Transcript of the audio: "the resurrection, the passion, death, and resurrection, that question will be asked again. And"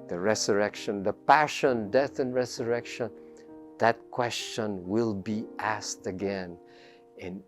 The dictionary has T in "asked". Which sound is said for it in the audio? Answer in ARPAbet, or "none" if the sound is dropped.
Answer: T